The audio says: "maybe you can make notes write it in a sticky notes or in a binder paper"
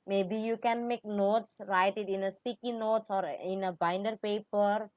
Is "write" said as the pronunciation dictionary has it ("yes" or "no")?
yes